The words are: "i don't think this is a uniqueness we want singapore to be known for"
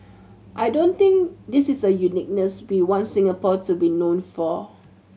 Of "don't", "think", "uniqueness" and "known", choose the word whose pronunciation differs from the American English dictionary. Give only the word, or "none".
think